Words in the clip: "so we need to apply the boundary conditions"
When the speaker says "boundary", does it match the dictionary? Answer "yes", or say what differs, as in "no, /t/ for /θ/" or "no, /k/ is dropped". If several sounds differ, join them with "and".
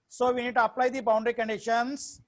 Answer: yes